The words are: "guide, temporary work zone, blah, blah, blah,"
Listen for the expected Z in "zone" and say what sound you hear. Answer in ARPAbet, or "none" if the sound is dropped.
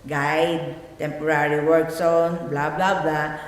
S